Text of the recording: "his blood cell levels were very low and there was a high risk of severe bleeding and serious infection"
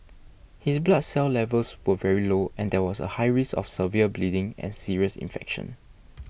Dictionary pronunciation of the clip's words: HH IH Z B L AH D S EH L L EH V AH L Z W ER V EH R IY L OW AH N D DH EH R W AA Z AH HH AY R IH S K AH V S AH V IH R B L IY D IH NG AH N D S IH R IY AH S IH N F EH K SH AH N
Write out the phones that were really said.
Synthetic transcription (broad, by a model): HH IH S B L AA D S EH L L EH V AH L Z W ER V EH R IY L OW AH N D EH W AA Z AH HH AY R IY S AH F S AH V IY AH B L IY D IH NG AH N S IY R IY AH S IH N F EH K SH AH N